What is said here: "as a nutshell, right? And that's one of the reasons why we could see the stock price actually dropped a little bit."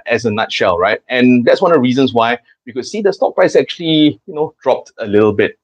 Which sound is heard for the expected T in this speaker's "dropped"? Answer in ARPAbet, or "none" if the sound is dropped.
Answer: T